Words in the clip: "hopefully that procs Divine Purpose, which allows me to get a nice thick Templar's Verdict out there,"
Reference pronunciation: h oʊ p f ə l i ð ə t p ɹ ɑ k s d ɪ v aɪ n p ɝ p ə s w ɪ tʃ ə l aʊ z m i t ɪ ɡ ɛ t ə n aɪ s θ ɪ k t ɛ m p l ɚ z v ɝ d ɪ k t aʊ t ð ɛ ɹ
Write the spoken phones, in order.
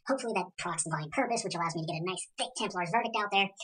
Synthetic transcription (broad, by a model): h oʊ p f l i ð ə t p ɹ ɑ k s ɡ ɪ ɪ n p ɝ p ə s w ɪ tʃ ə l aʊ z m i t ɪ ɡ ɛ t ə n aɪ s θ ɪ k t ɛ m p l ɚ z v ɝ d ɪ k t aʊ t ð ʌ ɹ